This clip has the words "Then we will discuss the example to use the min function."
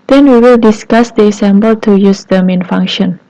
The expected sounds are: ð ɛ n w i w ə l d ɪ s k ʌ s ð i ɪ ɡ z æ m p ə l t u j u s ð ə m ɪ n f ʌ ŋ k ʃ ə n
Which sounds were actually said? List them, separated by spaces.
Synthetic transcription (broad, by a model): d ɛ n w i w ə l d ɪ s k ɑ s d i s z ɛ m b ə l t u j u s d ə m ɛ n f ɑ ŋ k ʃ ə n